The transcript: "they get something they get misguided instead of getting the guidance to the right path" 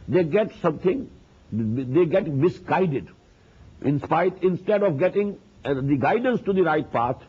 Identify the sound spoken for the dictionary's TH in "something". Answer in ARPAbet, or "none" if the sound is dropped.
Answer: T